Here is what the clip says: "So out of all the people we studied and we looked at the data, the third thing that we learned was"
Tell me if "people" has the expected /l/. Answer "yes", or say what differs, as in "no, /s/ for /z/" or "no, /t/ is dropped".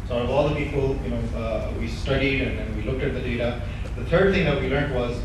no, /n/ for /l/